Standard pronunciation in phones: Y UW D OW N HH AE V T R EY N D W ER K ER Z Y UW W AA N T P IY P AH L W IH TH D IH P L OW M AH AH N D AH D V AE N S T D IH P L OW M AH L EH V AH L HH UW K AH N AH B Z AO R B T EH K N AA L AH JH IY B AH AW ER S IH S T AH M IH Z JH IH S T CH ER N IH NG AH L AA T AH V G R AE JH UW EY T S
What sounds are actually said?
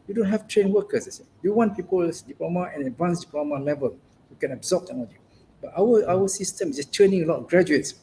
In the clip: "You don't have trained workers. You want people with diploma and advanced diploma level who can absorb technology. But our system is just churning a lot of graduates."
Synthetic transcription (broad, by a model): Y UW D OW N HH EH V T R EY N W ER K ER S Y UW W AA N T P IY P AH L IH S D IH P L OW M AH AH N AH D V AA N S D IH P L OW M AH L EH V AH L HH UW K AH N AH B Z AO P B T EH N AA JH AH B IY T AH AW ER S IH S T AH M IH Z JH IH S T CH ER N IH NG AH L AA T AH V G R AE JH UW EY T S